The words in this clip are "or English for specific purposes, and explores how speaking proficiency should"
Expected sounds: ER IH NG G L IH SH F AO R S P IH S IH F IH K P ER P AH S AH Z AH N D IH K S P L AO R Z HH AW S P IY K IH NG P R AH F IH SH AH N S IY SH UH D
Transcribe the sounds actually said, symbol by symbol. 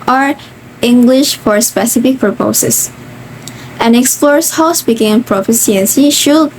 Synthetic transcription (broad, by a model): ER IH NG G L IH SH F AO R S P IH S IH F IH K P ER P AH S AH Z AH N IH K S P L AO R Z HH AW S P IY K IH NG P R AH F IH S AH N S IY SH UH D